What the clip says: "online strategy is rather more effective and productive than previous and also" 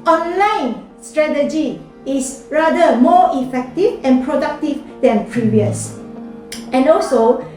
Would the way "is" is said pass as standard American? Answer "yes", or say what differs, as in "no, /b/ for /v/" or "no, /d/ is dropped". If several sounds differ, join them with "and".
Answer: no, /s/ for /z/